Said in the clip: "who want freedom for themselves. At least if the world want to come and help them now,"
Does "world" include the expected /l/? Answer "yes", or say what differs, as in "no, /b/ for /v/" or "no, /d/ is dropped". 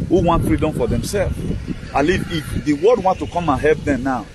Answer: no, /l/ is dropped